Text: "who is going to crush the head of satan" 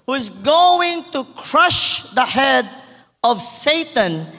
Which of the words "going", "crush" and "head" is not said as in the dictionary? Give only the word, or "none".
none